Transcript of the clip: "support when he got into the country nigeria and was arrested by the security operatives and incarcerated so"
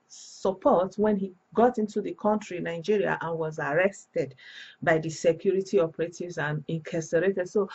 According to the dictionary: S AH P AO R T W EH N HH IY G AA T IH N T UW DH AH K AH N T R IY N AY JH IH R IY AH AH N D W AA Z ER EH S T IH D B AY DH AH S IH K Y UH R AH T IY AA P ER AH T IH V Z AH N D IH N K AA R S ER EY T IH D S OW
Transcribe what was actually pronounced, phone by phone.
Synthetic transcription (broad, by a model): S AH P AO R T W EH N HH IY G AA T IH N T UW DH AH K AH N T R IY N AY JH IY R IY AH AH N W AA Z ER EH S T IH D B AY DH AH S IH K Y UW R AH T IY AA P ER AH T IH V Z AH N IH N K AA S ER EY T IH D S OW